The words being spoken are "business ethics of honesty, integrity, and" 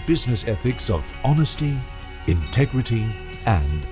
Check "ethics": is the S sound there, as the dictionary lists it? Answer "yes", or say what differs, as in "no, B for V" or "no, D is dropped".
yes